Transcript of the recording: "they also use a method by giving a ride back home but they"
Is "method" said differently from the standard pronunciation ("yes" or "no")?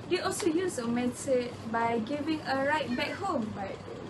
yes